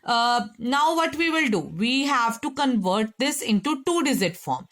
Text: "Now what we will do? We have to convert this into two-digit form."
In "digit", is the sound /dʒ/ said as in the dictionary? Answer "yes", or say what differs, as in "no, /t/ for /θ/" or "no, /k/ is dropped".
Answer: no, /z/ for /dʒ/